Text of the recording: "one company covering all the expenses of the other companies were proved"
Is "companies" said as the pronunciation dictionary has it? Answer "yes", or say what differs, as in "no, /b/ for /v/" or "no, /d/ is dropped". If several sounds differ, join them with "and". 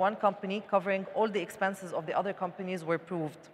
yes